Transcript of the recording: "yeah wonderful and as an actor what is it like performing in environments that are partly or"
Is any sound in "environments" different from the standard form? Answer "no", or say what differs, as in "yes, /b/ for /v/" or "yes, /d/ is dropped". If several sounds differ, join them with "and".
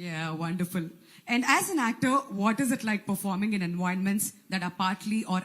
yes, /ɹ/ is dropped